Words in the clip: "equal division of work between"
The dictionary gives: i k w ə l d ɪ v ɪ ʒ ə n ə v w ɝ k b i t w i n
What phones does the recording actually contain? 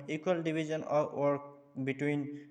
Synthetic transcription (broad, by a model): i k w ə l d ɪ b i z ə n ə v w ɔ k b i t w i n